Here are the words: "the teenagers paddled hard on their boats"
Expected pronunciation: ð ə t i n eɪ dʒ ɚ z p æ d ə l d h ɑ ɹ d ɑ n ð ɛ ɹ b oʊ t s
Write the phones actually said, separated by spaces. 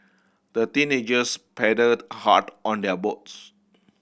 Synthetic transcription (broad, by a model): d ə t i n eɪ dʒ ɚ s p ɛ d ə d h ɑ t ɑ n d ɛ b oʊ t s